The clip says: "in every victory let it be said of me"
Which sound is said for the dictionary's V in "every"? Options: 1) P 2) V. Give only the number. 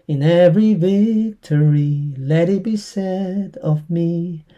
2